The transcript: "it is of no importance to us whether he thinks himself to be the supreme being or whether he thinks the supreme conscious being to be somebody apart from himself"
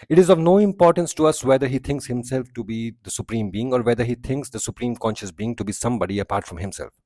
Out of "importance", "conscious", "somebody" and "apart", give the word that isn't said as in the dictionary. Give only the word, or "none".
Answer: none